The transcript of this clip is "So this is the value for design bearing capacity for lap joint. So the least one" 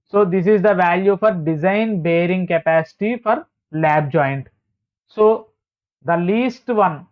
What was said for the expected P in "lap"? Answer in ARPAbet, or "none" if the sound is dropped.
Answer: B